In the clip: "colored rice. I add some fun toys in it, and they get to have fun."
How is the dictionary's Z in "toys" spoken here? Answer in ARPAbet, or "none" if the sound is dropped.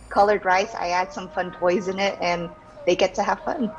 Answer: Z